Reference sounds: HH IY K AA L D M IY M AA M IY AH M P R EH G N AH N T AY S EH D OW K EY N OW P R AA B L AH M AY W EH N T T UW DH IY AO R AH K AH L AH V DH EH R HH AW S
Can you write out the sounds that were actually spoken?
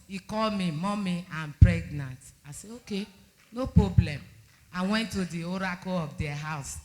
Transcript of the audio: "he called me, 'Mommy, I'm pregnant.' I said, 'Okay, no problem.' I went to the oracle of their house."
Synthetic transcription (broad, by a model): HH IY K AA L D M IY M AA M IY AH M P R EH G N AH N T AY S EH OW K EY N OW P R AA B L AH M AY W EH N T T UW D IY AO R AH K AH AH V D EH HH AW S